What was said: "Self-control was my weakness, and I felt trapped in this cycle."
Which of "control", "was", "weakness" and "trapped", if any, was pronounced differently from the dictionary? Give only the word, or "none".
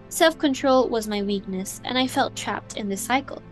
none